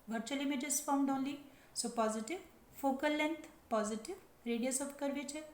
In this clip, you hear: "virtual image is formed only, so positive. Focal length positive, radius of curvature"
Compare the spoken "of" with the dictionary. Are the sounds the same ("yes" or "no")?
no